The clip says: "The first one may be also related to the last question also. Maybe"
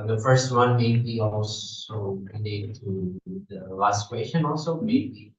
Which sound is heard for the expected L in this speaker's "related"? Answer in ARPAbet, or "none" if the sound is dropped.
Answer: N